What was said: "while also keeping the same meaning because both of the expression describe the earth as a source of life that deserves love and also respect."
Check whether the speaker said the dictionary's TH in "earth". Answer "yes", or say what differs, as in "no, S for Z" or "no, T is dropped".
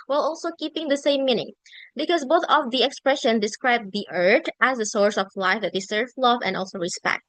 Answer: no, T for TH